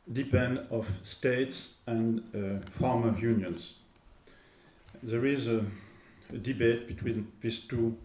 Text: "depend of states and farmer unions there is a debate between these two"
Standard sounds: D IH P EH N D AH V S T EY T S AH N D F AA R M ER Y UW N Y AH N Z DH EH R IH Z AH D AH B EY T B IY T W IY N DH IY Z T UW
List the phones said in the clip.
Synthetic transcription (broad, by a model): D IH P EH N D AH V S T EY T S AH N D F AA R M ER Y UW N Y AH N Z DH EH R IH Z AH D AH B EY T B IY T W IY N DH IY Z T UW